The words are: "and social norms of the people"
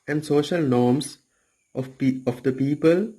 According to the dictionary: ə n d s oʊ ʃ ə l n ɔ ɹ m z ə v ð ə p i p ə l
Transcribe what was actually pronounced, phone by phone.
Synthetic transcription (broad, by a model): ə n d s oʊ ʃ ə l n ɔ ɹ m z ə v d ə p i p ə l